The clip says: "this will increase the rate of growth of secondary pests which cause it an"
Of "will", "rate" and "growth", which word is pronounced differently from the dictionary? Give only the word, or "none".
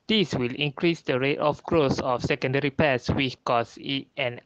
growth